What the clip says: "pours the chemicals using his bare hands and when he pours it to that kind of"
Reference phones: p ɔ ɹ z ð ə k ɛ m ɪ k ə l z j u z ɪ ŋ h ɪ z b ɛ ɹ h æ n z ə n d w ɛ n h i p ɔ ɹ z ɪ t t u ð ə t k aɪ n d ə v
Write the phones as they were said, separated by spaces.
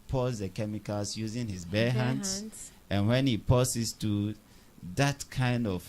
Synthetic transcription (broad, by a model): p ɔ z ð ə k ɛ m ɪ k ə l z j u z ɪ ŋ h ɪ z b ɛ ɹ h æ n s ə n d w ɛ n h i p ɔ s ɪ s t u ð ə t k aɪ n d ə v